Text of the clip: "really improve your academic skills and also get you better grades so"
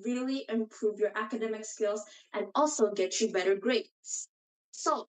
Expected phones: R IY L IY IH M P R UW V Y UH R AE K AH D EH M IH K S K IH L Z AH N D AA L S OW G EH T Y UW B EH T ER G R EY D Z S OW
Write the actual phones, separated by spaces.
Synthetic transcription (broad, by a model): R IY L IY IH M P R UW V Y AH R AE K AH D EH M IH K S K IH L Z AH N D AA L S OW G EH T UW B EH T ER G R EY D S S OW